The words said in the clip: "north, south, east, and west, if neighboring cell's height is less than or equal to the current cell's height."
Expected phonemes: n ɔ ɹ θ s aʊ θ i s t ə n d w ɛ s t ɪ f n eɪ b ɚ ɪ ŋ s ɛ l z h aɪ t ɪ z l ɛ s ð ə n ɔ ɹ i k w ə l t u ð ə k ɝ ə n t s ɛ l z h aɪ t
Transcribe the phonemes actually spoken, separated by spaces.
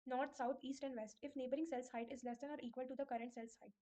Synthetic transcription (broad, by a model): n ɔ ɹ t s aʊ t i s t ə n d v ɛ s t ɪ f n eɪ b ɚ ɪ ŋ s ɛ l s h aɪ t ɪ z l ɛ s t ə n ɔ ɹ i k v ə l t u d ə k ɝ ə n t s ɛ l s h aɪ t